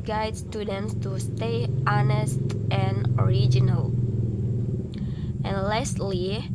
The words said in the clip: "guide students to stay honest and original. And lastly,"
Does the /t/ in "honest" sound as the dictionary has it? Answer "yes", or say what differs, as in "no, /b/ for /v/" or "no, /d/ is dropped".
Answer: yes